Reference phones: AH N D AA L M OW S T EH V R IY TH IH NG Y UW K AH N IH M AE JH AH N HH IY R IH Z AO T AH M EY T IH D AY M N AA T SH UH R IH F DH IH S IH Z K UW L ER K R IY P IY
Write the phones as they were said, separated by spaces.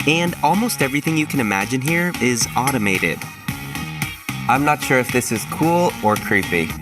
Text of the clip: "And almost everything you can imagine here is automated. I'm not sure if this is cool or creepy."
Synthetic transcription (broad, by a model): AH N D AA L M OW S T EH V R IY TH IH NG Y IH K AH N IH M AE JH AH N HH IY R IH Z AO T AH M EY T IH D AY M N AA T SH UH R IH F DH IH S IH Z K UW L ER K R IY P IY